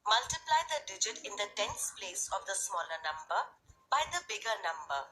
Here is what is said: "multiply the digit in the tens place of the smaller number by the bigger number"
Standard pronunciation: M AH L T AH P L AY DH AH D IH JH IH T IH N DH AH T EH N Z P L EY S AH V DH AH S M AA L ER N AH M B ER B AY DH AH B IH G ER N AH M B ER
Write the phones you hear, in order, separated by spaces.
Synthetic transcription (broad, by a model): M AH L T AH P L AY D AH D IH JH IH T IH N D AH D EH N S P L EY S AH V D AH S M AA L ER N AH M B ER B AY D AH B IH G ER N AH M B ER